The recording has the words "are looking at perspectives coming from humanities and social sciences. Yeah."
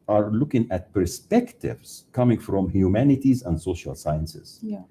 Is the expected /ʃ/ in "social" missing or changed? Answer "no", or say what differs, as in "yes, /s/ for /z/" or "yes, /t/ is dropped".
no